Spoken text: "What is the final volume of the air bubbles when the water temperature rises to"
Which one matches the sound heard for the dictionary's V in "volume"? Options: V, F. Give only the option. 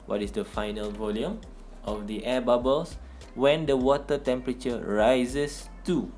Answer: V